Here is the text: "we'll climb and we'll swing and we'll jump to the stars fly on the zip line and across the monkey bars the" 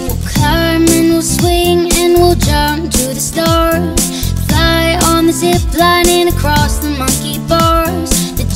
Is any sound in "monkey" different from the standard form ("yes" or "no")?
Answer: no